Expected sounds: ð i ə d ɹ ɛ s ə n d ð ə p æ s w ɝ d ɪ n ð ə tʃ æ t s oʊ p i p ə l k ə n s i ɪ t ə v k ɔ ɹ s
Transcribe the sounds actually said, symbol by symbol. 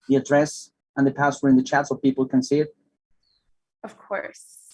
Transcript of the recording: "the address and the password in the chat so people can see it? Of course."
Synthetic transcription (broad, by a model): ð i ə d ɹ ɛ s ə n ð ə p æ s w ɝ ɪ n ð ə tʃ æ t s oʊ p i p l k ə n s i ɪ t ə v k ɔ ɹ s